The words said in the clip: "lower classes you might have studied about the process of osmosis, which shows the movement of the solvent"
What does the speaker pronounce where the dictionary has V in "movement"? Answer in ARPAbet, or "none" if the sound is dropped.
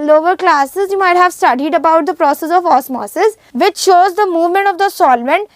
V